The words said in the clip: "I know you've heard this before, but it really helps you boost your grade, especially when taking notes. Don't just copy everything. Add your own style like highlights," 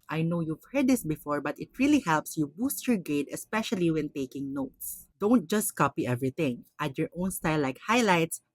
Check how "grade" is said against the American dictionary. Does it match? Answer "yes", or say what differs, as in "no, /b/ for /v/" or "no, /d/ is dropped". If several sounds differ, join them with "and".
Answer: no, /ɹ/ is dropped